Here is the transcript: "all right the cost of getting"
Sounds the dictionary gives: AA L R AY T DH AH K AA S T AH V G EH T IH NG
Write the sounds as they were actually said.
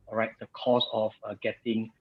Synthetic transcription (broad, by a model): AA R AY T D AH K AA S AH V G EH T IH NG